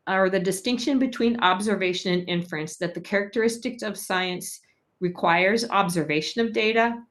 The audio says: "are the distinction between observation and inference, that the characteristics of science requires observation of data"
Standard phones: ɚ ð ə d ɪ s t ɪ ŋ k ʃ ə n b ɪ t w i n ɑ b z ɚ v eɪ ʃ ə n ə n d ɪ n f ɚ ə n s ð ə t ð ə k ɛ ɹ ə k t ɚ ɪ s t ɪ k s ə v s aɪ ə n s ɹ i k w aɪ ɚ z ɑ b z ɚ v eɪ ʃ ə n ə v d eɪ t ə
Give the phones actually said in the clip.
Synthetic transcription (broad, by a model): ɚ ð ə d ɪ s t ɪ ŋ k ʃ ə n b ɪ t w i n ɑ b z ɚ v eɪ ʃ ə n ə n ɪ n f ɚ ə n s ð ə t ð ə k ɛ ɹ ə k t ɚ ɪ s t ɪ k s ə v s aɪ ə n s ɹ i k w aɪ ɚ z ɑ b z ɚ v eɪ ʃ ə n ə v d eɪ t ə